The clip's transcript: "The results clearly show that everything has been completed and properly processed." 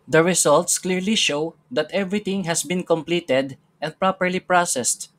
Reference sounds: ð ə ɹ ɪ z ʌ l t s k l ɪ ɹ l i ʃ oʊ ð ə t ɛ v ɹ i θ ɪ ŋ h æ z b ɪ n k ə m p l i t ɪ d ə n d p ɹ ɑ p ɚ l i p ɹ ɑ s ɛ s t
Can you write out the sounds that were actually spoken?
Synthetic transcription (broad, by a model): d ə ɹ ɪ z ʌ l t s k l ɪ ɹ l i ʃ oʊ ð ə t ɛ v ɹ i t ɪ ŋ h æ s b ɪ n k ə m p l i t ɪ d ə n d p ɹ ɑ p ɚ l i p ɹ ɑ s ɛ s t